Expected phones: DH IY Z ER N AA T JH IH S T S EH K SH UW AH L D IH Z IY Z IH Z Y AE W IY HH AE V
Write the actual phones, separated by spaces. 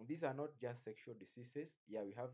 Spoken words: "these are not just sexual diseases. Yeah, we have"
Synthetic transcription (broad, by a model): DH IY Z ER N AA T JH IH S T S EH K SH UW AH L D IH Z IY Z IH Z Y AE W IY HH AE V